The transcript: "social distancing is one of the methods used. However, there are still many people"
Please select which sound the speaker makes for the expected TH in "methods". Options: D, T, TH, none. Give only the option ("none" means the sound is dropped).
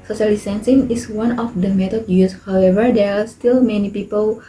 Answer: T